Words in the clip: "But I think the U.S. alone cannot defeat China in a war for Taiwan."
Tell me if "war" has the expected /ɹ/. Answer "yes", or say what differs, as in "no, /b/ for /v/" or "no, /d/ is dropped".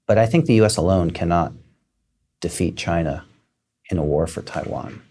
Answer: yes